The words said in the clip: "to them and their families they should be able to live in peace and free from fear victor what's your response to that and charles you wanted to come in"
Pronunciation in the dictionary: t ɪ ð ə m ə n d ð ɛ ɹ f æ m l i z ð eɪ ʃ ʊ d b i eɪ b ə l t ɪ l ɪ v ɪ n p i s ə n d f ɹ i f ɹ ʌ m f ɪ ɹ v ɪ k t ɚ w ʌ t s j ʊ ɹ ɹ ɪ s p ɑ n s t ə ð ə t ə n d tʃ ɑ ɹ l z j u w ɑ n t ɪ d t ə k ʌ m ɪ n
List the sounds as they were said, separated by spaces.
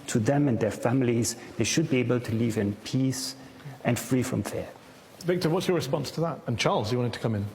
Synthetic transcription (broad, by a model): t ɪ ð ə m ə n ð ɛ ɹ f æ m l i z ð eɪ ʃ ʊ d b i eɪ b ə l t ɪ l ɪ v ɪ n p i s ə n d f ɹ i f ɹ ʌ m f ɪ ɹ v ɪ k t ɚ w ʌ t s j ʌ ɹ ɹ ɪ s p ɑ n s t ə ð ə t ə n tʃ ɑ ɹ l z j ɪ w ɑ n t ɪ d t ə k ʌ m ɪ n